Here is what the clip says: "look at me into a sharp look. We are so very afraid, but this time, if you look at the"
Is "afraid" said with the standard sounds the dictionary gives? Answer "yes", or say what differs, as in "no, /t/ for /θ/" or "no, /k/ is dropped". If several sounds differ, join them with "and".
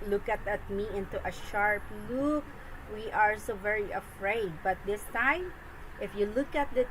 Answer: yes